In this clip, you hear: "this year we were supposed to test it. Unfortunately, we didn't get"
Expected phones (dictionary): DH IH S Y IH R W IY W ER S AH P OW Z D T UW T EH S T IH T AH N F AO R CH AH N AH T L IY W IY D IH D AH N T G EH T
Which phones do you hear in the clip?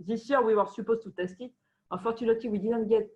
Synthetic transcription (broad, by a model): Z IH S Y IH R W IY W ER S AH P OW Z T UW T EH S T IH T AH F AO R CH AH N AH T IY W IY D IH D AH N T G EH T